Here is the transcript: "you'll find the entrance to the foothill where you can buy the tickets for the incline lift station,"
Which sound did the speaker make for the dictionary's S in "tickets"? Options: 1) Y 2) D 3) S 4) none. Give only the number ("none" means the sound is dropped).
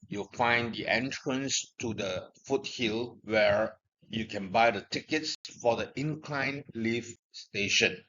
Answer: 3